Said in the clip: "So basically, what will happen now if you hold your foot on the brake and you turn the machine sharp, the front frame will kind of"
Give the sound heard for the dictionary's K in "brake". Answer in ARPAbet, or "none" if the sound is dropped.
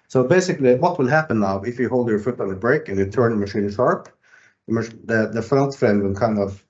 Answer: K